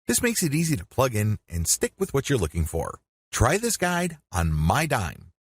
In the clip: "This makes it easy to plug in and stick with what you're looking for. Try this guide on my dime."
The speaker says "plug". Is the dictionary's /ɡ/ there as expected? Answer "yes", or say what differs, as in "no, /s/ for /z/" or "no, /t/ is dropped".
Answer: yes